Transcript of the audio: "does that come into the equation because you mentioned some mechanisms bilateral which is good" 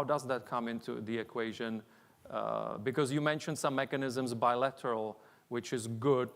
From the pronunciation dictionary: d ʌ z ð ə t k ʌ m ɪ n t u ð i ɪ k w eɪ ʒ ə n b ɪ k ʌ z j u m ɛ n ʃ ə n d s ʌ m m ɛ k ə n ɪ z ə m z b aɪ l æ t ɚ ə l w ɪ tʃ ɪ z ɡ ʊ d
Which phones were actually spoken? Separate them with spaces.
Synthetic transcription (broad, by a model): d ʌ z ð ə t k ʌ m ɪ n t u ð i ɪ k w eɪ ʒ ə n b ɪ k ʌ z j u m ɛ n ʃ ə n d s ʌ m m ɛ k ə n ɪ z ə m z b aɪ l æ t ɚ ə l w ɪ tʃ ɪ z ɡ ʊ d